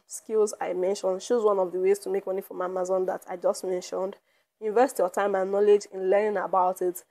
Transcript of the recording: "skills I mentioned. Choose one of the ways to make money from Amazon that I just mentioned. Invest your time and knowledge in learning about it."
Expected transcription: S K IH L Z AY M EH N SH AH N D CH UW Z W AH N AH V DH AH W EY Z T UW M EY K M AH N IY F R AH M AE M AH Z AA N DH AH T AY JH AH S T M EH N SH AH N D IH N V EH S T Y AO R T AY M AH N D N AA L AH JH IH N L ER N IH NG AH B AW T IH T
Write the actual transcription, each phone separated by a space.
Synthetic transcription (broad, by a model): S K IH L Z AY M EH N SH AH N D SH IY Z W AH N AH V DH AH W EY Z T UW M EY K M AH N IY F R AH M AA M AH Z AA N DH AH T AY JH AH S T M EH N SH AH N D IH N V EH S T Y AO T AY M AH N N AA L AH JH IH N L ER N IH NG AH B AW T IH T